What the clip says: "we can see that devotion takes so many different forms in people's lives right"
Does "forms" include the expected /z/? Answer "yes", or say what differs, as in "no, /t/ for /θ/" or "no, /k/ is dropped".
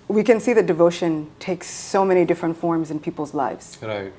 yes